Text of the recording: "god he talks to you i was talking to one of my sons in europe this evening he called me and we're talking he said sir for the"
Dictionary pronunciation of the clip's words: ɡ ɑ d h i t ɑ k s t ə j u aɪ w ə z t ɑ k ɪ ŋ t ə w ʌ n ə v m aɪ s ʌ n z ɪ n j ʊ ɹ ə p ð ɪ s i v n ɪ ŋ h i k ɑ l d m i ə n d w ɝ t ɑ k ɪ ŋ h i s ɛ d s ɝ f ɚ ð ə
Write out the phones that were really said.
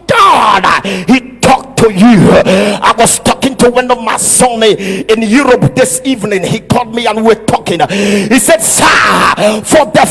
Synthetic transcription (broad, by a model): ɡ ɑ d h i t ɑ k t ə j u aɪ w ə z t ɑ k ɪ ŋ t ə w ʌ n ə v m aɪ s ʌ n ɪ n j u ɹ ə p ð ɪ s i v n ɪ ŋ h i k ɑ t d m i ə n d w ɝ t ɑ k ɪ ŋ h i s ɛ d s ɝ f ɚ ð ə